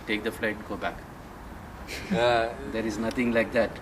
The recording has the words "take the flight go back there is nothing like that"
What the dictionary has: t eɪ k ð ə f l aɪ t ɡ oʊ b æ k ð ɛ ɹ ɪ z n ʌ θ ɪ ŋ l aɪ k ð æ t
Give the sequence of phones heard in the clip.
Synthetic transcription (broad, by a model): t eɪ k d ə f l aɪ t ɡ oʊ b æ k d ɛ ɹ ɪ z n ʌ t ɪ ŋ l aɪ k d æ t